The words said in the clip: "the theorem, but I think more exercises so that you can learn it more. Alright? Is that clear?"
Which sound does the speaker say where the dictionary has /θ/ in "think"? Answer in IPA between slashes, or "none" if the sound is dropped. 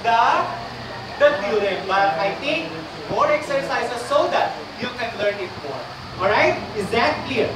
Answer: /t/